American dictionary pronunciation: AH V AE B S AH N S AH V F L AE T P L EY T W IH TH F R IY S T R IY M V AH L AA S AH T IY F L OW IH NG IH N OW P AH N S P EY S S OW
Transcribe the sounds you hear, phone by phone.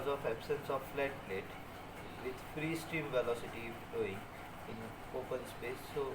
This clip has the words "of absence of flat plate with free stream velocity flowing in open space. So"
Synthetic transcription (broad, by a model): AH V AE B S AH N S AH V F L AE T P L EY T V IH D F R IY S T R IY M V AH L AA S AH T IY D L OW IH NG IH N OW P AH N S P EY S S OW